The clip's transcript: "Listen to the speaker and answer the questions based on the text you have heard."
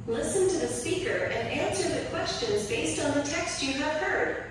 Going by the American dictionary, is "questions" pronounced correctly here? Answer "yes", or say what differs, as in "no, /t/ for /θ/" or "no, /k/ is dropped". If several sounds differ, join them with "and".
yes